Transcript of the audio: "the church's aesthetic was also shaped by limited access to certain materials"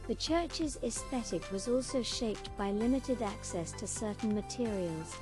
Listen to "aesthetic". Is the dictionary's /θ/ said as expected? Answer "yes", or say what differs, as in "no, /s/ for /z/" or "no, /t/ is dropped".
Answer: yes